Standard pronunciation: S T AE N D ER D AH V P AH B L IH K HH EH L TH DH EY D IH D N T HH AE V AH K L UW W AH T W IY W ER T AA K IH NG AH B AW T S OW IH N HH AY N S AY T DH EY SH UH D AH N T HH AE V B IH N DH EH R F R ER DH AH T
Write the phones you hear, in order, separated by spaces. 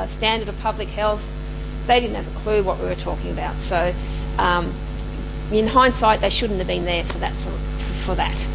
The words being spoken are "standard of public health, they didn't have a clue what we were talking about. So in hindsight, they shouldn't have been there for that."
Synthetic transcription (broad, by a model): S T AE N D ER D AH V P AH B L IH K HH EH L TH DH EY D IH D N T HH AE V AH K L UW W AH T W IY W ER T AA K IH NG AH B AW T S OW IH N HH AY N S AY T DH EY SH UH D N T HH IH V B IH N DH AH R F R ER DH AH T